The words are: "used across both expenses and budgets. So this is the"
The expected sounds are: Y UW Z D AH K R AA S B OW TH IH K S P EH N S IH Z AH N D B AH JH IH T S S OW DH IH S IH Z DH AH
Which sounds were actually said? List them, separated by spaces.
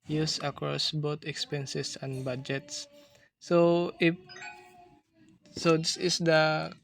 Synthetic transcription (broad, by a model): Y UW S AH K R AA S B OW T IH K S P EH N S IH S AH N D B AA JH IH T S S OW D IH S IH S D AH